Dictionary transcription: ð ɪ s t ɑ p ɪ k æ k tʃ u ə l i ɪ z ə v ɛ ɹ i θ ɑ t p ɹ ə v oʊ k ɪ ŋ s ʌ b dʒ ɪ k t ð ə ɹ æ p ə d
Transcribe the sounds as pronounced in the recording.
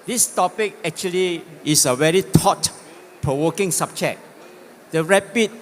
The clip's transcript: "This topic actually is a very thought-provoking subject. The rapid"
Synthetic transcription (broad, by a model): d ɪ s t ɑ p ɪ k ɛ k tʃ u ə l i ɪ s ə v ɛ ɹ i t ɑ t p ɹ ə w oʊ k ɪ ŋ s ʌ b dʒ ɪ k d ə ɹ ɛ p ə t